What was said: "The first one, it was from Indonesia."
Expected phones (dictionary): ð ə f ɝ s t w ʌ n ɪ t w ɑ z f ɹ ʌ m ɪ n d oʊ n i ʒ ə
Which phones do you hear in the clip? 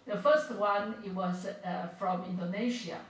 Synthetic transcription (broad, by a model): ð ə f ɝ s t w ʌ n ɪ t w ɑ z f ɹ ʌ m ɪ n d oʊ n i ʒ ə